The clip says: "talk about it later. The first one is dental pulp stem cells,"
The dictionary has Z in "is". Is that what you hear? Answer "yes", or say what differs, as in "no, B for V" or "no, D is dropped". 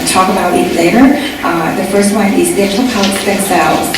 yes